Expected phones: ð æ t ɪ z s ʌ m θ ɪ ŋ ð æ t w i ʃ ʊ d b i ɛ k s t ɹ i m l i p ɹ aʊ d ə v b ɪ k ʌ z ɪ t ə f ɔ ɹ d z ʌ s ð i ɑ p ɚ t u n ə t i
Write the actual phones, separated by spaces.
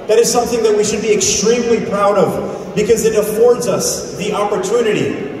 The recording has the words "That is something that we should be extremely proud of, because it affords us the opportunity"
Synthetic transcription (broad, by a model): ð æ t ɪ z s ʌ m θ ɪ ŋ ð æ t w i ʃ ʊ d b i ɛ k s t ɹ i m l i p ɹ aʊ d ə v b ɪ k ʌ z ɪ t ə f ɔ ɹ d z ʌ s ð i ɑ p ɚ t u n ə t i